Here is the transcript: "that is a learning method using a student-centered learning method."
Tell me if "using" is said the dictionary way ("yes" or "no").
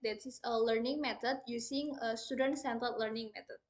no